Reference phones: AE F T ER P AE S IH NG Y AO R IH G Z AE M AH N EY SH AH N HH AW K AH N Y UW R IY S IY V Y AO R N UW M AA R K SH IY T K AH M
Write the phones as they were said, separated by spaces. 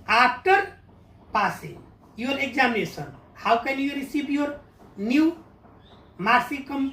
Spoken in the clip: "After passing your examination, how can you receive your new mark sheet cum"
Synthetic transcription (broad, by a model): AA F T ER P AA S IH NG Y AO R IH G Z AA M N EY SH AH N HH AW K AH N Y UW R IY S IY B Y AO R N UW M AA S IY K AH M